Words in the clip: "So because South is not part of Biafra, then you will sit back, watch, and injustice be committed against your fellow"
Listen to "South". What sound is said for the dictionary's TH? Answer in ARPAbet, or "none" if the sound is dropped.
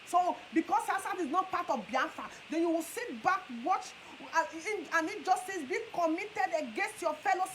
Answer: T